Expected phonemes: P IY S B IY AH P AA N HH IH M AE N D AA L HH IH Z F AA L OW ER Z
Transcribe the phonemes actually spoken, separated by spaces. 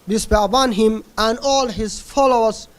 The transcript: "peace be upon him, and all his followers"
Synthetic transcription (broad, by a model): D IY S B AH B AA N HH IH M AE N D AA L HH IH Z F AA L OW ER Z